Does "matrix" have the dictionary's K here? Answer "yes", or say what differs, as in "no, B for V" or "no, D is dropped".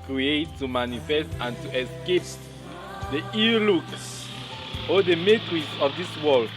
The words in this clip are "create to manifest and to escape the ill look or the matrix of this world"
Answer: no, K is dropped